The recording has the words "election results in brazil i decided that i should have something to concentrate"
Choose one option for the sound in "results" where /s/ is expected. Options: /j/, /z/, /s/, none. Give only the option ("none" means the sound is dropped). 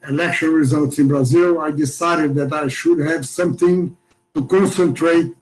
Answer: /s/